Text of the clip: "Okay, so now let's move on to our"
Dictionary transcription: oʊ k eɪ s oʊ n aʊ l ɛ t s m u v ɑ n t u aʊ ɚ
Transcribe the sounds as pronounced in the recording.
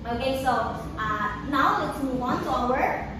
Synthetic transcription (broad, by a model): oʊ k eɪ s oʊ n aʊ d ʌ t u w ɑ n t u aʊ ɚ